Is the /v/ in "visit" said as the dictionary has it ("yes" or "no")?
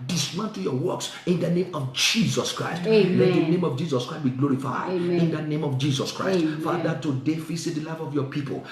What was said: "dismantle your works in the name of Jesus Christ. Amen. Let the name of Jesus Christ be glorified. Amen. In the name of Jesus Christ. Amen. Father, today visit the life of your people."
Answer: no